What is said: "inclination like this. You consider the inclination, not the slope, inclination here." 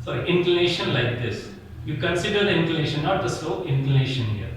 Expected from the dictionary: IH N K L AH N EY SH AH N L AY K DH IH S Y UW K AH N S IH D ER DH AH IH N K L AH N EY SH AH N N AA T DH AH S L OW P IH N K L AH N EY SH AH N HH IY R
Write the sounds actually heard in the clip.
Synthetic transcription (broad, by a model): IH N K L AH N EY SH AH N L AY K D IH S Y UW K AH N S IH D ER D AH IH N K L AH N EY SH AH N N AA T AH S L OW IH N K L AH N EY SH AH N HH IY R